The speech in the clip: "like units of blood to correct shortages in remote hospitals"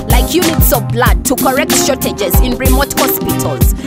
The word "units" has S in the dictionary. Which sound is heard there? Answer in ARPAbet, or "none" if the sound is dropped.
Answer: S